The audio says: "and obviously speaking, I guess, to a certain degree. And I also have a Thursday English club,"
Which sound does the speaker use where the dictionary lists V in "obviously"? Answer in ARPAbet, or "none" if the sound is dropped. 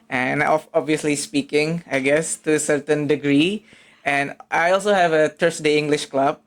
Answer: V